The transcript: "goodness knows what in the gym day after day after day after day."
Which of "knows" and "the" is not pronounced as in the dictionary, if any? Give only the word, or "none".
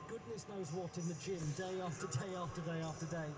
none